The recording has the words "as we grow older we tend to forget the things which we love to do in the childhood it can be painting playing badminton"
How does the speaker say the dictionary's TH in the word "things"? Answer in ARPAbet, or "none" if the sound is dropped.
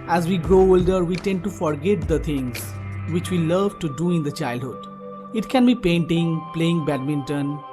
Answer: T